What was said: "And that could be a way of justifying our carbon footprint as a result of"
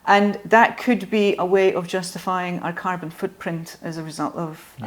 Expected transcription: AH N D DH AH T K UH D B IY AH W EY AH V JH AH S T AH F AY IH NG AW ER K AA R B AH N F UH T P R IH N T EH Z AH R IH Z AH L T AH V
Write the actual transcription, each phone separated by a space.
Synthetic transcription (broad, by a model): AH N DH AH T K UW D B IY AH W EY AH V JH AH S T AH F AY IH NG AW ER K AA R B AH N F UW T P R IH N T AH Z AH R IH Z AH L T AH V